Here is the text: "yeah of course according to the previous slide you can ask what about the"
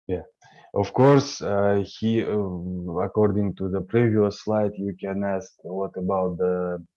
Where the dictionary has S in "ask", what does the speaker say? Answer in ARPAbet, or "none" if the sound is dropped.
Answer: S